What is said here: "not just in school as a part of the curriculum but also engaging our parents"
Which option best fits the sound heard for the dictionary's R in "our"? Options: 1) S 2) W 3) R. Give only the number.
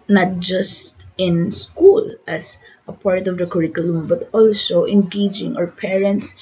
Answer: 3